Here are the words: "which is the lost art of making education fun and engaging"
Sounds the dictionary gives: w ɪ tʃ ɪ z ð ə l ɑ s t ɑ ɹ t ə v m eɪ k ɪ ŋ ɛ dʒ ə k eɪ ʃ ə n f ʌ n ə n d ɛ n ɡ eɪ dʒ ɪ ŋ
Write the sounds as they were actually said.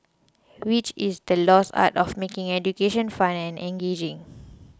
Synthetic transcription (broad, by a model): w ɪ tʃ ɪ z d ə l ɑ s ɑ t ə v m eɪ k ɪ ŋ ɛ dʒ ə k eɪ ʃ ə n f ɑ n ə n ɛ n ɡ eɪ dʒ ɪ ŋ